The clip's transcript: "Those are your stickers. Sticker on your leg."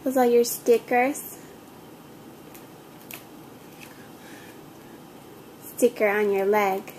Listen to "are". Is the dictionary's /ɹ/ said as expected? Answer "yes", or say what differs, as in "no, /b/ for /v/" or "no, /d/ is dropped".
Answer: no, /l/ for /ɹ/